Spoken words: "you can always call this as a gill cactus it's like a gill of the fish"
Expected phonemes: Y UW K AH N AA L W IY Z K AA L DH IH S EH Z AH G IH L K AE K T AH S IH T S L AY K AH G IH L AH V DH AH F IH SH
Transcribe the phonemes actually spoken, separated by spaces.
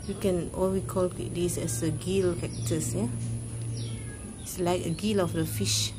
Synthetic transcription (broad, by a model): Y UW K AH N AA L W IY K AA L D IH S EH S AH G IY L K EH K T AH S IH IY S L AY K AH G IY L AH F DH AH F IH SH